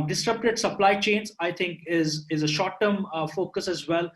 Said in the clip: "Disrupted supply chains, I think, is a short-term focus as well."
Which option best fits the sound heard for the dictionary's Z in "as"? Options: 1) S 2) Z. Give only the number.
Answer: 2